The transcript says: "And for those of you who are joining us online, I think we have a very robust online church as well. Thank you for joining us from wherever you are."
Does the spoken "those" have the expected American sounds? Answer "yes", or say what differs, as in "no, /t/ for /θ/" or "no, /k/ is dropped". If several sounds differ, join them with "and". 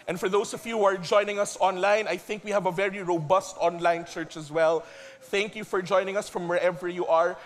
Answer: no, /s/ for /z/